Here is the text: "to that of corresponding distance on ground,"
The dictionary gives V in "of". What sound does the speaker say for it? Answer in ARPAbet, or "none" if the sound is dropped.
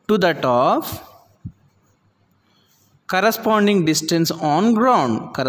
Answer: P